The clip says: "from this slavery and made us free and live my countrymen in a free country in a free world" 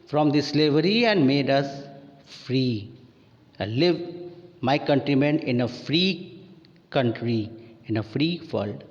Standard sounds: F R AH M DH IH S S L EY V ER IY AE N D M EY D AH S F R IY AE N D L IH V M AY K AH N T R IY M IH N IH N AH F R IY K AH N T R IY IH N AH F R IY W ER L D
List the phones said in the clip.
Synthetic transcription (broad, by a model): F R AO M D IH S S L EY V ER IY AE N D M EY D AH S F R IY L IH V M AY K AH N T R IY M IH N IH N AH F R IY K AH N T R IY IH N AH F R IY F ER L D